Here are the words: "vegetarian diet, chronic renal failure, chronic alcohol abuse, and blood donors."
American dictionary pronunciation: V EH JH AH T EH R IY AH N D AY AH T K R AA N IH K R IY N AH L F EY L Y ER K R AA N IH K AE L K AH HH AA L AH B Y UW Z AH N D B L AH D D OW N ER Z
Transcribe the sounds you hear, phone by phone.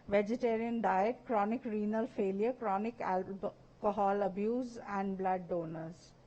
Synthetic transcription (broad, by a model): V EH JH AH T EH R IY AH N D AY AH T K R AA N IH K R IY N AH L F EY L Y ER K R AA N IH K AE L K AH HH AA L AH B Y UW Z AH N D B L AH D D OW N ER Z